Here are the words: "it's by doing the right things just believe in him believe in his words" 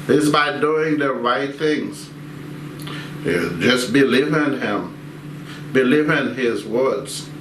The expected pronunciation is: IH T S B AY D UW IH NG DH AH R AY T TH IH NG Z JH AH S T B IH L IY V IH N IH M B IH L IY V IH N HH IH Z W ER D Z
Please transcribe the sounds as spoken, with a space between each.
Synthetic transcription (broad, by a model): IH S B AY D UW IH NG DH AH R AY T TH IH NG Z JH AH S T B IH L IY V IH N IH M B IH L IY V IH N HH IH Z W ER D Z